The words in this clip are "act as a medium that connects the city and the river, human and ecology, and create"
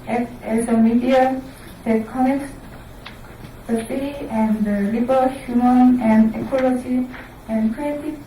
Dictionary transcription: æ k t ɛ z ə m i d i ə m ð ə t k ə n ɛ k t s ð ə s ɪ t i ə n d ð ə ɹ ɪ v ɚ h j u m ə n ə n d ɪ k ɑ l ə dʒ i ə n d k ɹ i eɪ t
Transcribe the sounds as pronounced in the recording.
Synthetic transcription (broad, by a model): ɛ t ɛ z ə m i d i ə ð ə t k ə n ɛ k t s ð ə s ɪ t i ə n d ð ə l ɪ b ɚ h j u m ə n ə n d ɪ k ɑ l ə dʒ i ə n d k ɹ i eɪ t